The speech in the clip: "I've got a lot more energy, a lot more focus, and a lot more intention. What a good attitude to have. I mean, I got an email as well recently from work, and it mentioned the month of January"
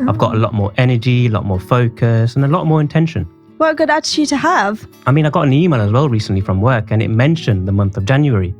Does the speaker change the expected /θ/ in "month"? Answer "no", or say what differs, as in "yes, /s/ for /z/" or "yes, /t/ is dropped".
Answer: no